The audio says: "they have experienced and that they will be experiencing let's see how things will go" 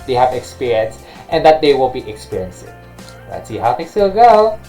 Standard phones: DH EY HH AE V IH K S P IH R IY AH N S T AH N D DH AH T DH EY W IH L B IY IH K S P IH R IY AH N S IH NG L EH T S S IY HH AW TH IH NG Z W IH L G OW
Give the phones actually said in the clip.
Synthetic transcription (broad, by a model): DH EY HH AE V IH K S P IH R IY AH N S T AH N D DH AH T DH EY W IH L B IY IH K S P IH R IY AH N S IH NG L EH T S S IY HH AW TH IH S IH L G OW